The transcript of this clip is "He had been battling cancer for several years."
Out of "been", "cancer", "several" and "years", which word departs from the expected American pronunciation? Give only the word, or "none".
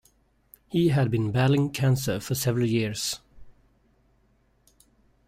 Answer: years